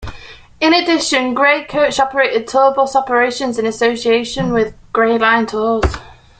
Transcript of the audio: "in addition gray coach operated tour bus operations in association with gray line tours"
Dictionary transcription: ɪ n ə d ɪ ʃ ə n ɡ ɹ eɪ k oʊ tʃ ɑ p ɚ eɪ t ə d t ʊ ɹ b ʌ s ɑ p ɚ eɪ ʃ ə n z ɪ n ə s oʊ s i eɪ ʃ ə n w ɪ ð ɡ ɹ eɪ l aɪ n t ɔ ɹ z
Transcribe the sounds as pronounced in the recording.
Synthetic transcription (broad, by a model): ɪ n ə d ɪ ʃ ə n ɡ ɹ eɪ k oʊ tʃ ɑ p ɚ eɪ t ə d t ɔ b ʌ s ɑ p ɚ eɪ ʃ ə n z ɪ n ə s oʊ s i eɪ ʃ ə n w ɪ ð ɡ ɹ eɪ l aɪ n t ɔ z